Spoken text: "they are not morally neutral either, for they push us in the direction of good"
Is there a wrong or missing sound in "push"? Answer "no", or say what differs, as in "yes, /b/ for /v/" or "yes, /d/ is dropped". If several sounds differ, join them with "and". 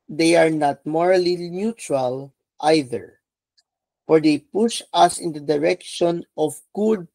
no